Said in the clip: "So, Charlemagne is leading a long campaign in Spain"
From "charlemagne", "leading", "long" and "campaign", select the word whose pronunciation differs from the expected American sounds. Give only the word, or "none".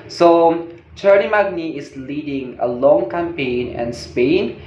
charlemagne